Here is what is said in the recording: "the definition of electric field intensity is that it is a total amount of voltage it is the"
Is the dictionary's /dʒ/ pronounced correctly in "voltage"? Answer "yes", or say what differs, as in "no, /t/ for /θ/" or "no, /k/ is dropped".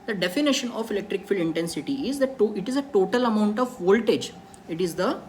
yes